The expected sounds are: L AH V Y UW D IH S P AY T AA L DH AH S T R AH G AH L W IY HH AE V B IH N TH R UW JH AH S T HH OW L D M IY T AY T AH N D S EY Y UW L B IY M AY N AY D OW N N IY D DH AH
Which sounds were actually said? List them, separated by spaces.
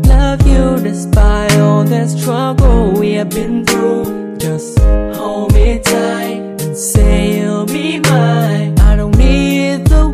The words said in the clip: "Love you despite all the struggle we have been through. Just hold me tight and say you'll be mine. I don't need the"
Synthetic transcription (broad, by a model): L AH V Y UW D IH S B AY AA L DH AH S T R AH G L W IY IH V B IH N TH R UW JH AH S T HH OW M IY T AY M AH N S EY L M IY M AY AY D OW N N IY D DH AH